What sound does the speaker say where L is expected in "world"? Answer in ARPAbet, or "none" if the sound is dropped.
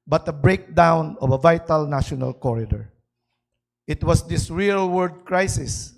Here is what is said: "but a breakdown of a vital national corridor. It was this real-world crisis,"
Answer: none